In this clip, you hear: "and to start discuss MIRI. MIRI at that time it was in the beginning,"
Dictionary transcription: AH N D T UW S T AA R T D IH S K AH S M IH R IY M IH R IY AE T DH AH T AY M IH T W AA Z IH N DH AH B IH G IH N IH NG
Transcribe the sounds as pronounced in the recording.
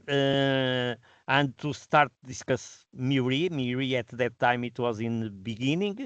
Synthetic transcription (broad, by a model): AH N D T UW S T AA R T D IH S K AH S M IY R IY M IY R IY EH T DH AH T AY M IH T W AA Z IH N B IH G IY N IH NG